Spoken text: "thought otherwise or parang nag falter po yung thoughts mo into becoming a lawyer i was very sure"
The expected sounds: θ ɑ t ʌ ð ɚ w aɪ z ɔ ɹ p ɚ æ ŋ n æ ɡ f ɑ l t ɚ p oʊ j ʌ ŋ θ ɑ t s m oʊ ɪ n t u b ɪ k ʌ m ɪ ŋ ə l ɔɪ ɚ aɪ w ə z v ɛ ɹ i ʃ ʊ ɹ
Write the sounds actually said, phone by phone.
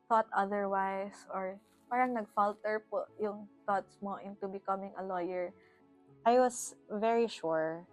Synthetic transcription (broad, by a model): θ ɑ t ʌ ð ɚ w aɪ s ɔ ɹ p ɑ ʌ ŋ n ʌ ɡ f ɑ l t ɚ p oʊ j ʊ ŋ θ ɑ t s m oʊ ɪ n t u b ɪ k ʌ m ɪ ŋ ə l ɔɪ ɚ aɪ w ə s v ɛ ɹ i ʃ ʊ ɹ